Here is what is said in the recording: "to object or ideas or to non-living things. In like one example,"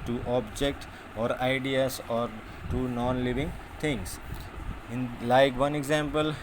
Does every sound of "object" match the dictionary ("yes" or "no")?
yes